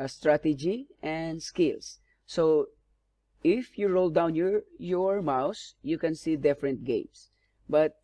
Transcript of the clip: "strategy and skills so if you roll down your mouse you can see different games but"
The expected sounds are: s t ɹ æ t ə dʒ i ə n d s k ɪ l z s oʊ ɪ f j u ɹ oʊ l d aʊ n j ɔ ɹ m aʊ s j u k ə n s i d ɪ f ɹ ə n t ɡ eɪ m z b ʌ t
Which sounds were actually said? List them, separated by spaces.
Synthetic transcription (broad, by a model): s t ɹ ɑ t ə dʒ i ə n d s k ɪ l s oʊ ɪ f j u ɹ oʊ l d aʊ n j ɔ ɹ m aʊ s j u k ə n s i d ɪ f ɹ ə n t ɡ eɪ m s b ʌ t